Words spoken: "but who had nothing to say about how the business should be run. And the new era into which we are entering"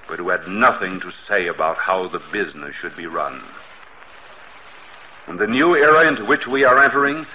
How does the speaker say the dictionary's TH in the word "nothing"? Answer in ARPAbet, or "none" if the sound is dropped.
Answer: TH